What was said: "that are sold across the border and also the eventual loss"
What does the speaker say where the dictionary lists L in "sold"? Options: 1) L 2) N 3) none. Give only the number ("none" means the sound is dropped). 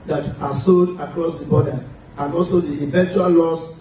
3